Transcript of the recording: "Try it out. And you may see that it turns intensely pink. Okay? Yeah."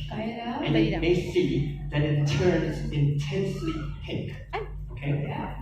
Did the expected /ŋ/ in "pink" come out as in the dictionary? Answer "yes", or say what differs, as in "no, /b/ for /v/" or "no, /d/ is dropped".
no, /ŋ/ is dropped